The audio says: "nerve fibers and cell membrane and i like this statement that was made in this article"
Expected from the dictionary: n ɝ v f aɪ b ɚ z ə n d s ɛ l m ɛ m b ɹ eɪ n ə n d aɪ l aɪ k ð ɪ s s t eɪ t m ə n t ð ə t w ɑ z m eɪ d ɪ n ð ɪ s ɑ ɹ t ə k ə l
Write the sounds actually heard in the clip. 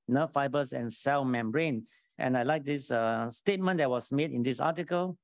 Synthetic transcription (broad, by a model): n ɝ f aɪ b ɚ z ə n s ɛ l m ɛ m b ɹ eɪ n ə n aɪ l aɪ k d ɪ s s t eɪ t m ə n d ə t w ɑ s m eɪ d ɪ n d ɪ s ɑ t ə k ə l